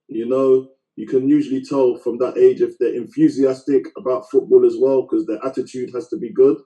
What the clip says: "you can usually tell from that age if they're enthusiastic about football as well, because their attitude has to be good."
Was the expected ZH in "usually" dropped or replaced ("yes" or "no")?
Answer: no